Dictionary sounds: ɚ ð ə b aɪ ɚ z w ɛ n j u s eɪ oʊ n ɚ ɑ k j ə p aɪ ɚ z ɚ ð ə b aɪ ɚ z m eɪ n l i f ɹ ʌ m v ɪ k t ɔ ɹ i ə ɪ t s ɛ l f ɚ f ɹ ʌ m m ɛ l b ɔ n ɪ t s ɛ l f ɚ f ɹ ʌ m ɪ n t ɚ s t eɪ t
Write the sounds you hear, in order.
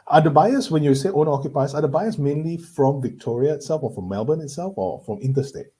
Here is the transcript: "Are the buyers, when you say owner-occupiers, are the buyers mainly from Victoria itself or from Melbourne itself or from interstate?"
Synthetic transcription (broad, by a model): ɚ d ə b aɪ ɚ s w ɛ n j u s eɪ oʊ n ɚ ɑ k j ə p aɪ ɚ s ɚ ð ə b aɪ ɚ s m eɪ n l i f ɹ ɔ m v ɪ k t ɔ ɹ i ə ɪ t s ɛ l f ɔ f ɹ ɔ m m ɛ l b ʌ n ɪ t s ɛ l f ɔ f ɹ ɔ m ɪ n t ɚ s t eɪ t